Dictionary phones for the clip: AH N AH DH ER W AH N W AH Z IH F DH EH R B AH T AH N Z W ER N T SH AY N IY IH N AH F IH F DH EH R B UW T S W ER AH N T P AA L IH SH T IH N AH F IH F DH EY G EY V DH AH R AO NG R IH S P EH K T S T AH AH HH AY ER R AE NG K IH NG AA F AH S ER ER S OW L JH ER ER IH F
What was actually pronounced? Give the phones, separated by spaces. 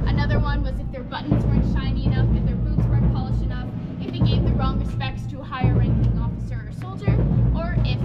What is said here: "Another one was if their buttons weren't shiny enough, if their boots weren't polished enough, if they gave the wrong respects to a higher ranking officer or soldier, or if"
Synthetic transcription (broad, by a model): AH N AH DH ER W AH N W AH Z IH F DH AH R B AH T N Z W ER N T SH AY N IY IH N AH F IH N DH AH R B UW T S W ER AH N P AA L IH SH IH N AH F IH F DH EY G EY V DH AH R AO NG R IH S P EH K T S T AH AH HH AY ER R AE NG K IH NG AA F AH S ER ER S OW L JH ER ER IH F